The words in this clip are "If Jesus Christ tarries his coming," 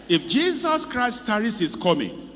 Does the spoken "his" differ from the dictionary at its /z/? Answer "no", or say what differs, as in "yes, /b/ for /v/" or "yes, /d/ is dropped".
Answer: yes, /s/ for /z/